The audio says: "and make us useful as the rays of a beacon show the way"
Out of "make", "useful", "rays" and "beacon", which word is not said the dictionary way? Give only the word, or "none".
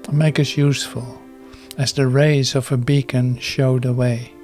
none